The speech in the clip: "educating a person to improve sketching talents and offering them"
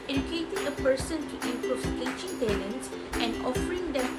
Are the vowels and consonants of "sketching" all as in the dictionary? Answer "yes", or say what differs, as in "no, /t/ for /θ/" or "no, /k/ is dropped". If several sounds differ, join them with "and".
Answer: no, /k/ is dropped